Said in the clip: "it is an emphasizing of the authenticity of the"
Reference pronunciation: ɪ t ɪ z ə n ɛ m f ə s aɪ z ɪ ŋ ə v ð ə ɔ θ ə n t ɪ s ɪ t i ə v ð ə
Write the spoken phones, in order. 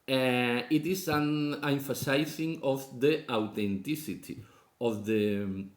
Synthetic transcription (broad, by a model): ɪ t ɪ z ə n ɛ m f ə s aɪ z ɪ ŋ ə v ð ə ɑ t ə n t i s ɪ t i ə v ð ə